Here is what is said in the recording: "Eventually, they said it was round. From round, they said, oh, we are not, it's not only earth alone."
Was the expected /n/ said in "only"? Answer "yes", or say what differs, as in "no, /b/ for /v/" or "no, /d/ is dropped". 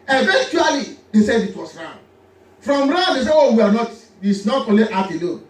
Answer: no, /n/ is dropped